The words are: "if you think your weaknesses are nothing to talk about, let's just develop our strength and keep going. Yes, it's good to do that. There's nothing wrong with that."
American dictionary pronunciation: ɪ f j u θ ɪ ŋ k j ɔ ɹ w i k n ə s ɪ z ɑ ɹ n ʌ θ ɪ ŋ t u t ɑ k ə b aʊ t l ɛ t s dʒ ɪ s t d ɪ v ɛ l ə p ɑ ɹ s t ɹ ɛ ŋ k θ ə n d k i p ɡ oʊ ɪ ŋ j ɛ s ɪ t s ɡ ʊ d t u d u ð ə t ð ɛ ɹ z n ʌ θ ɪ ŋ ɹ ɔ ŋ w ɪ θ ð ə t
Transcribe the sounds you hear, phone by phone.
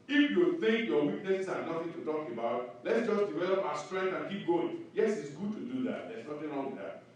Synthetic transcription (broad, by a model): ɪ f j u θ ɪ ŋ k j ɔ w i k n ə s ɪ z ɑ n n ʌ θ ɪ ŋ t u t ɑ k ə b aʊ t l ɛ t s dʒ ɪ s d ɪ v ɛ l ə p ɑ s t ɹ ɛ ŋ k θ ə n k i p ɡ oʊ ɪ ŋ j ɛ s ɪ t s ɡ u d t u d u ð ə t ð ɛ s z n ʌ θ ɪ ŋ ɹ ɔ ŋ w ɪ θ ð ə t